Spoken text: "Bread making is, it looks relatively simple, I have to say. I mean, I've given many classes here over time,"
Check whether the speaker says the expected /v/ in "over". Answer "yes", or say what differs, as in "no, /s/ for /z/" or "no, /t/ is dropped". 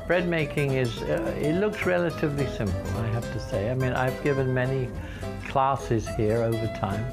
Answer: yes